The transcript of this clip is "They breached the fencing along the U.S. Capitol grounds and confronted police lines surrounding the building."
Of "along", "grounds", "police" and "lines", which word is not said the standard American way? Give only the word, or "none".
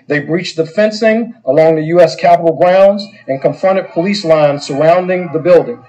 none